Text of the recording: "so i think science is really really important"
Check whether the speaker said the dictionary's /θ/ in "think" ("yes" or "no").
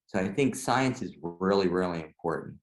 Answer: yes